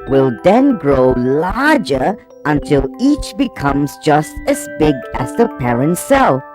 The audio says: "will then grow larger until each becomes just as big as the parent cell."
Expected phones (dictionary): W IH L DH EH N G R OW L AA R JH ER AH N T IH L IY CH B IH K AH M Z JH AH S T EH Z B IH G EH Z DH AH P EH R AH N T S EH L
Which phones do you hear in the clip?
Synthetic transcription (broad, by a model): W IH L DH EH N G R OW L AA R JH ER AH N T IH L IY CH B IH K AH M Z JH AH S T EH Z B IH G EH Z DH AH P EH R AH N T S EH L